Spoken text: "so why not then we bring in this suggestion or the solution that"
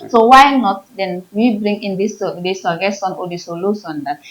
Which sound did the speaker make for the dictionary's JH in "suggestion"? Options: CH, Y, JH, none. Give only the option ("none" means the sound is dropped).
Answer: none